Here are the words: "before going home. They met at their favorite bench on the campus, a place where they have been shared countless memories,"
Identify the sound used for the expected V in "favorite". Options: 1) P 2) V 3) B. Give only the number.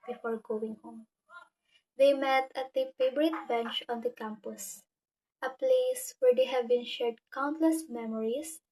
3